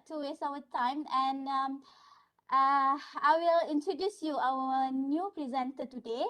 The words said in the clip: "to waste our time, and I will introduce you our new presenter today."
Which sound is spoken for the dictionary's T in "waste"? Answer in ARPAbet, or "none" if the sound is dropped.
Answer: none